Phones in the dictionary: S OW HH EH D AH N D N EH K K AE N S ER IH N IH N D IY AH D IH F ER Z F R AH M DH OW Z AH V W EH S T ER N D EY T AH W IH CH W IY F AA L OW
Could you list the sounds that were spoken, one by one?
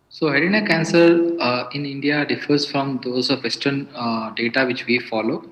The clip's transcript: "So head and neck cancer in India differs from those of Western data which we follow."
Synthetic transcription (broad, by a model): S OW HH EH D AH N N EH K K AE N S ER IH N IH N D IY AH D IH F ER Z F R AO M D OW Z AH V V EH S T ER N D EY T AH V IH CH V IY F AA L OW